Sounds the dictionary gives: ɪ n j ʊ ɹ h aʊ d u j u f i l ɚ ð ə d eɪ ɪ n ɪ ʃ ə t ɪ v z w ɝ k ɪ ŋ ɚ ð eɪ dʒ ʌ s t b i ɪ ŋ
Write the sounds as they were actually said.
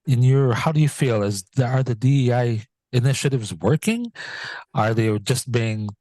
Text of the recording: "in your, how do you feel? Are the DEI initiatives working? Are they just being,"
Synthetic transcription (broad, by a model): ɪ n j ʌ ɹ h aʊ d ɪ j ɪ f i l ɚ ð ə d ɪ ɪ n ɪ ʃ ə t ɪ v z w ɝ k ɪ ŋ ɚ ð eɪ dʒ ʌ s t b i ɪ ŋ